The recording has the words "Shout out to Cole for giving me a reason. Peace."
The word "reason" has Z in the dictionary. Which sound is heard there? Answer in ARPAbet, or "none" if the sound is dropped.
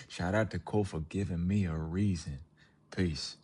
Z